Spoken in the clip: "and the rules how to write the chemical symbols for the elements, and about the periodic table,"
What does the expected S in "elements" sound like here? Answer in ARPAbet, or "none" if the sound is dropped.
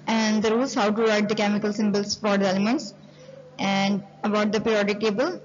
S